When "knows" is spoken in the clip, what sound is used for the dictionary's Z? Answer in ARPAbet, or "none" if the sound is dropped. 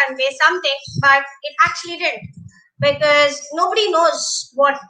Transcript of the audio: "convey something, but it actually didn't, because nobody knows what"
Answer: Z